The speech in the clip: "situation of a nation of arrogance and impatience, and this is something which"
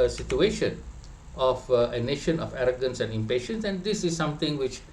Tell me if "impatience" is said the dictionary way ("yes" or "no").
yes